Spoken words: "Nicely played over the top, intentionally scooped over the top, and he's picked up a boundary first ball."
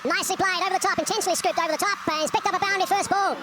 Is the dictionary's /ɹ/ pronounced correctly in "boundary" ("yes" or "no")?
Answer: no